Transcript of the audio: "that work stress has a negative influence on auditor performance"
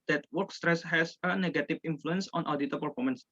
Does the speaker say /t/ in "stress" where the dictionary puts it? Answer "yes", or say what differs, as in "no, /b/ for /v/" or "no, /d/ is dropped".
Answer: yes